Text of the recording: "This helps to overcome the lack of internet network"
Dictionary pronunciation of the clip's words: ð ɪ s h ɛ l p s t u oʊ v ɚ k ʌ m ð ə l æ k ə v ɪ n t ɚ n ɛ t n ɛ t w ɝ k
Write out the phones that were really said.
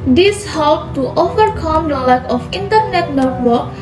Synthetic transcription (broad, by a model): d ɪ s h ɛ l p t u oʊ v ɚ k ʌ m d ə l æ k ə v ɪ n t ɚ n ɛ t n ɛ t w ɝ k